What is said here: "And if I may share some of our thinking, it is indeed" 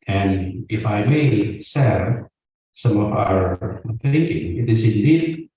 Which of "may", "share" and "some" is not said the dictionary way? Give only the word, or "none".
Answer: share